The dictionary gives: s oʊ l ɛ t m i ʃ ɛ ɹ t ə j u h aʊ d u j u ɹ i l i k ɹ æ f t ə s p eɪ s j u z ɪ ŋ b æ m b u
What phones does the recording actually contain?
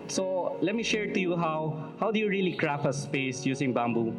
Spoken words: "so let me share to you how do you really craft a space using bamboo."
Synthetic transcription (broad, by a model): s oʊ l ɛ t m i ʃ ɛ ɹ t ə j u h aʊ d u j u ɹ i l i k ɹ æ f ə s p eɪ s j u s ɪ ŋ b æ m b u